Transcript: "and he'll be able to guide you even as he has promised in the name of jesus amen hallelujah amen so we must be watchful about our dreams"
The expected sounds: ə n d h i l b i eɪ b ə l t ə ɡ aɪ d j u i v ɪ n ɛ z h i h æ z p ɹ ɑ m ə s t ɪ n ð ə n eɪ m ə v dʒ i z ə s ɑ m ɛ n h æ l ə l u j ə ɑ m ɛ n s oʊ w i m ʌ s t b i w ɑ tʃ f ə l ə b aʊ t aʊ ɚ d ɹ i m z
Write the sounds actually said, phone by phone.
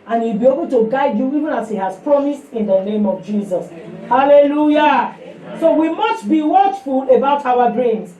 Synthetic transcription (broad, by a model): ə n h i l b i eɪ b ə l t ə ɡ aɪ d j u i v ɪ n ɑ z h i h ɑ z p ɹ ɑ m ə s t ɪ n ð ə n eɪ m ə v dʒ i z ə s h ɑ l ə l u j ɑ s oʊ w i m ʌ s t b i w ɑ tʃ f ə l ə b aʊ t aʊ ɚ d ɹ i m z